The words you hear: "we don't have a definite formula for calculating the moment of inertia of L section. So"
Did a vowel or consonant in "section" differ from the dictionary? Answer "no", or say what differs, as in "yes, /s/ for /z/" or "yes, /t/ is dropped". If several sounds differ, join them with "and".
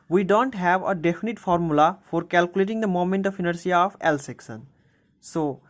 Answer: yes, /s/ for /ʃ/